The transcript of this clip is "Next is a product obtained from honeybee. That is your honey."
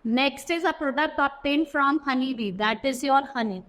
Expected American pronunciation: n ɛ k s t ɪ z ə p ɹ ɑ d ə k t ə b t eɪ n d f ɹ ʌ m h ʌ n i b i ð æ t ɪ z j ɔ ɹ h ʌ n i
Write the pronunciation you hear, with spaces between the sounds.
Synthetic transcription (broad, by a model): n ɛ k s t ɪ z ə p ɹ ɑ d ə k t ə t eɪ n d f ɹ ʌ m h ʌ n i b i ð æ t ɪ z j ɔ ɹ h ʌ n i